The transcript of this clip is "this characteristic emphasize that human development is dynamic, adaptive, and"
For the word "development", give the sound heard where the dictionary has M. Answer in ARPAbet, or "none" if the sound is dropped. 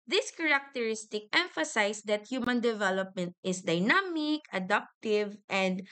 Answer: M